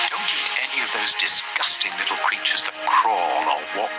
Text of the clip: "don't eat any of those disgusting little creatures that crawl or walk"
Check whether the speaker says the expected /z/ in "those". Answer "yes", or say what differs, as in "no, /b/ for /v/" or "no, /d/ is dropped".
yes